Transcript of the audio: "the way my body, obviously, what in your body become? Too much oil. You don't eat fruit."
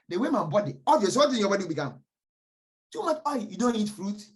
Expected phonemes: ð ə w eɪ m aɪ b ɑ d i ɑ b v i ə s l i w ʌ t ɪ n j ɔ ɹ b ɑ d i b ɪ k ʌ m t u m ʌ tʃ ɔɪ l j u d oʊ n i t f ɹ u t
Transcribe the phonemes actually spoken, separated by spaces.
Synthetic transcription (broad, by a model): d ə w eɪ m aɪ b ɑ d i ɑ v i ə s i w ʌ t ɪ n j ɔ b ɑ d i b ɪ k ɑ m t u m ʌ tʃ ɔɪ j u d oʊ n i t f ɹ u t